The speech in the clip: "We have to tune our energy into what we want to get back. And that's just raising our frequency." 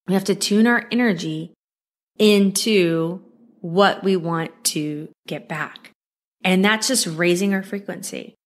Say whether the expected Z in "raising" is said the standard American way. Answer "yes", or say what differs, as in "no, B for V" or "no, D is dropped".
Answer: yes